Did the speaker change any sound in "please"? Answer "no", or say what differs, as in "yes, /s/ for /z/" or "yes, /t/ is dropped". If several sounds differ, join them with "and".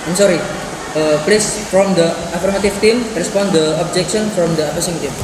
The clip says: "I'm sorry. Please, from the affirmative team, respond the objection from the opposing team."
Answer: yes, /s/ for /z/